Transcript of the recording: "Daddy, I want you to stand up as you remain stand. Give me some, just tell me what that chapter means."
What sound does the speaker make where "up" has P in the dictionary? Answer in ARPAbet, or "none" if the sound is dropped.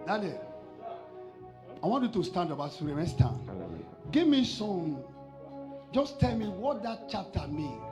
B